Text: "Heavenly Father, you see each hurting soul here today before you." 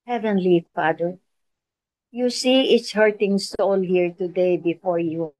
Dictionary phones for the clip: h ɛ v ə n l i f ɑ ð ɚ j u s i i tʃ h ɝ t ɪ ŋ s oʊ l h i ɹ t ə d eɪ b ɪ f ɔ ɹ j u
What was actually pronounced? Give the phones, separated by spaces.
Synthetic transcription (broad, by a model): h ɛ v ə n l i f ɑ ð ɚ j u s i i s h ɝ t ɪ ŋ s oʊ l h i ɹ t ə d eɪ b ɪ f ɔ ɹ j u